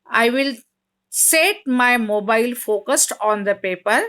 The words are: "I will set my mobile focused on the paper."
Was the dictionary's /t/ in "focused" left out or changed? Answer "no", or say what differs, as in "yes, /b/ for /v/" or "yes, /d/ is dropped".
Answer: no